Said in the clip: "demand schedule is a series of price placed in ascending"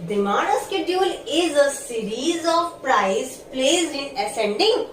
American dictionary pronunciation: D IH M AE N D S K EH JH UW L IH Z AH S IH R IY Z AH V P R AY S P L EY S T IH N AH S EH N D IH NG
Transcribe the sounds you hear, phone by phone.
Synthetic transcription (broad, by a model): D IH M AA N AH S K EH JH UW L IH Z AH S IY R IY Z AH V P R AY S P L EY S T IH N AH S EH N D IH NG